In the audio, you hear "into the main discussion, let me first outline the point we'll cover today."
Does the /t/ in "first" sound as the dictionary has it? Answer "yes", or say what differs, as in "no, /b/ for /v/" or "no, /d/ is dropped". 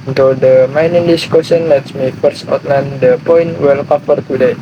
yes